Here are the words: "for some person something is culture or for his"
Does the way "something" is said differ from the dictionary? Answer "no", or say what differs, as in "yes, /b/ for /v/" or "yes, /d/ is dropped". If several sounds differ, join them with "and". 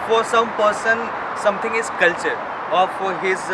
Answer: yes, /t/ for /θ/